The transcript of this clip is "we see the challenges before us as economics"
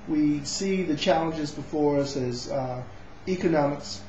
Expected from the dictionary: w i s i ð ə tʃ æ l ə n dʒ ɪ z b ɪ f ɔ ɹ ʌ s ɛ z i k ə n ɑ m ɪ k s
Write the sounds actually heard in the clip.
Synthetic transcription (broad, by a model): w i s i ð ə tʃ æ l ə n dʒ ɪ z b ɪ f ɔ ɹ ʌ s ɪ z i k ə n ɑ m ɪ k s